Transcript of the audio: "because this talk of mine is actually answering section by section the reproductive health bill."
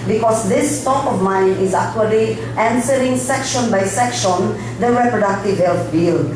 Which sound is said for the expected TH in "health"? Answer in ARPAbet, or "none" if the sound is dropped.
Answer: T